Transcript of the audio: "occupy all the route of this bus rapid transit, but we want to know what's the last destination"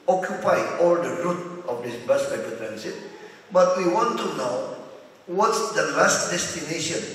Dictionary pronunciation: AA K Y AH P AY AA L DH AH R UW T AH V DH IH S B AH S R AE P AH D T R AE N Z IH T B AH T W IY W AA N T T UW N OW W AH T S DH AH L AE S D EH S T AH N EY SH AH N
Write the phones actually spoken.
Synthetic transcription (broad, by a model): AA K Y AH P AY AA L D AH R UW T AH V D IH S B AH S L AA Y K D T R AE N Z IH T B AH T W IY W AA N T T UW N OW W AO T S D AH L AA S D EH S T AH N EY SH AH N